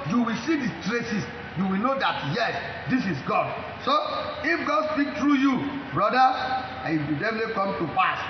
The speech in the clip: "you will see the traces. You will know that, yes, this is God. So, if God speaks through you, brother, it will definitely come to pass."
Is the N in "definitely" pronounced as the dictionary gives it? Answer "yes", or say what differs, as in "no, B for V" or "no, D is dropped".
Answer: no, N is dropped